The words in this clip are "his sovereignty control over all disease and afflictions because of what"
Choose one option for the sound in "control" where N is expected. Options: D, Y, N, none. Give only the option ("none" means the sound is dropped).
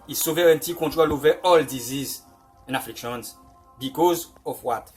none